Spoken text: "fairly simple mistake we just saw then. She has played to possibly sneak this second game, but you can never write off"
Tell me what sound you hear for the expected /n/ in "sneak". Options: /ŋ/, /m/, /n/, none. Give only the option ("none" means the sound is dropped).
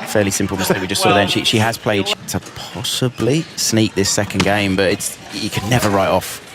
/n/